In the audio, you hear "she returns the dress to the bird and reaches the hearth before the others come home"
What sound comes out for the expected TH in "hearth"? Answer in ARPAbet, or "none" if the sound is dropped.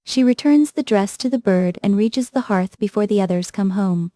TH